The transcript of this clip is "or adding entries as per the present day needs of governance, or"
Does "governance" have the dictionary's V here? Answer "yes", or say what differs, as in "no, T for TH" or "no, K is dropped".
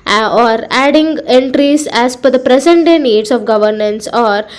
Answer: yes